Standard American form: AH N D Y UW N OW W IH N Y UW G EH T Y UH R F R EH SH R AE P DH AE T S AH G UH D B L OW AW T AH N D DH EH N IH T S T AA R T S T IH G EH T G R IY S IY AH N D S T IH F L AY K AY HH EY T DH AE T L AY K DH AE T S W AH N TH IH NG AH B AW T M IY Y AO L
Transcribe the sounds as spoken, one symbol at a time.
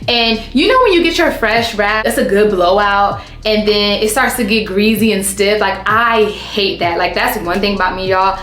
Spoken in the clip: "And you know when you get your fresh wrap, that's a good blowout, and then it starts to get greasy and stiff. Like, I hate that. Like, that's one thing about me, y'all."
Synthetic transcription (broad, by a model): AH N Y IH N OW W IH N Y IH G EH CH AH R F R EH SH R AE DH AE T S AH G UH D B L OW AW T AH N DH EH N IH T S T AA R T S T IH G EH T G R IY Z IY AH N S T IH F L AY K AY HH EY T DH AE T L AY K DH AE T S W AH N TH IH NG AH B AW T M IY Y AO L